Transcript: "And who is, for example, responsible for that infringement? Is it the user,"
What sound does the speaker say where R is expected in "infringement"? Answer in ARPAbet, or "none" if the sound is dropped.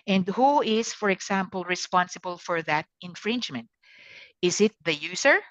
R